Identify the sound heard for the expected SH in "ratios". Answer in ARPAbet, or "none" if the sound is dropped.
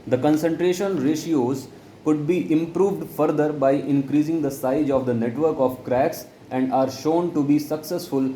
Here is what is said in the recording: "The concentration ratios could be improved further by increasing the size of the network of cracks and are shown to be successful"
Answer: SH